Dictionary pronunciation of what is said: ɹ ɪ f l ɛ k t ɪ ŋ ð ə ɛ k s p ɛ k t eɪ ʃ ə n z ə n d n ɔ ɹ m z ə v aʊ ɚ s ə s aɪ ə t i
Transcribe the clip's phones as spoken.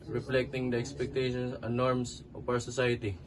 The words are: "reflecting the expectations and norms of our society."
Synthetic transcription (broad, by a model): ɹ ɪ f l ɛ k t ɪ ŋ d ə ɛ k s p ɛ k t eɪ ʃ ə n s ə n n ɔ ɹ m s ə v aʊ ɚ s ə s aɪ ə t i